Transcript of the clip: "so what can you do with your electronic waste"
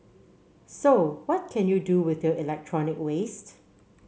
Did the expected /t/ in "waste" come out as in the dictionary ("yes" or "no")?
yes